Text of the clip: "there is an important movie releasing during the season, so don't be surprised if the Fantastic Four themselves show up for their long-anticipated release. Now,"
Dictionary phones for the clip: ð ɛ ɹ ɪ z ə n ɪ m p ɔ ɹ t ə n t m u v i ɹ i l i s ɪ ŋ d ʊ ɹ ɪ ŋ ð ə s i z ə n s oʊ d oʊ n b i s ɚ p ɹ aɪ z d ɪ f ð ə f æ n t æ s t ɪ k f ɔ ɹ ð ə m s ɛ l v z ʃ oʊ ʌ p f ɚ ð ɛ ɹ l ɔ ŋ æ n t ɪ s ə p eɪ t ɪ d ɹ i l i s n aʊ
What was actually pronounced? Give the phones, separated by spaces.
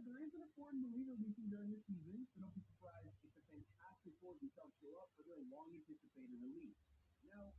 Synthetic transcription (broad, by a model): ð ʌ ɹ ɪ z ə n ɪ p ɔ ɹ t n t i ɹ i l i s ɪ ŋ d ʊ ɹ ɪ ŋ ð ə s i z ə n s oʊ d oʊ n b i s ɚ p ɹ aɪ z d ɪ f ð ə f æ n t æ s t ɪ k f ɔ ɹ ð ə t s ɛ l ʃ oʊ ʌ p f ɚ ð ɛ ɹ l ɔ ŋ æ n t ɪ s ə p eɪ t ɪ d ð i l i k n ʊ